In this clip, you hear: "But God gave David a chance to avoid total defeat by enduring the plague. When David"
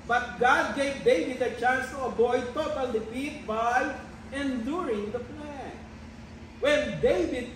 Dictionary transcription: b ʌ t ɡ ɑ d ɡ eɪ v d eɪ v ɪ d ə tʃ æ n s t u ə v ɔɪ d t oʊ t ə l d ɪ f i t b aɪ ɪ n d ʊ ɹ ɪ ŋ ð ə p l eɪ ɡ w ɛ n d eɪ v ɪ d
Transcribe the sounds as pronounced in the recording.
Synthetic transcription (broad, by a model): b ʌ t ɡ ɑ d ɡ eɪ v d eɪ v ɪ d ə tʃ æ n s t u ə b ɔɪ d t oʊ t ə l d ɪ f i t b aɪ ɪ n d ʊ ɹ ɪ ŋ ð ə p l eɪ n w ɛ n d eɪ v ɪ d